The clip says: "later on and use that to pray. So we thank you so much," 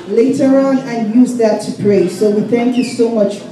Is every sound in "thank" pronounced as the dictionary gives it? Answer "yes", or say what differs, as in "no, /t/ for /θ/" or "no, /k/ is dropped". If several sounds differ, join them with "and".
yes